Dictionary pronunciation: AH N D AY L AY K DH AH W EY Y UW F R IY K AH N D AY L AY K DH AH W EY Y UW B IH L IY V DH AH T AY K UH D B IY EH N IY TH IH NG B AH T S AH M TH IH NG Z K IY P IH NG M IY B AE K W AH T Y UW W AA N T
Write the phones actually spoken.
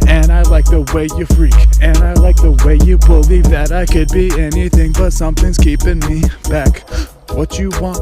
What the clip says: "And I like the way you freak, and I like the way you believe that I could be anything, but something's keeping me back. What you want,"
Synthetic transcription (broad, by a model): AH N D AY L AY K DH AH W EY Y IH F R IY K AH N AY L AY K DH AH W EY Y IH B IH L IY V DH AH T AY K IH D B IY EH N IY TH IH NG B AH T S AH M TH IH NG Z K IY P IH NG M IY B AE K W AH T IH W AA N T